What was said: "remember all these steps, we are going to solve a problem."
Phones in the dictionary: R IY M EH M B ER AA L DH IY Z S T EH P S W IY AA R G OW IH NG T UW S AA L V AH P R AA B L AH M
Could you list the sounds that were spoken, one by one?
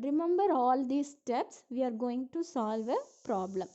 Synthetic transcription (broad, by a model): R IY M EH M B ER AA L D IY S T EH P S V IY AA R G OW IH NG T UW S AA L V AH P R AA B L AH M